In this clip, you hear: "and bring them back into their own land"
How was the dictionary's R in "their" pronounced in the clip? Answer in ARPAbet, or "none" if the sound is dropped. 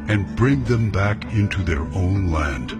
R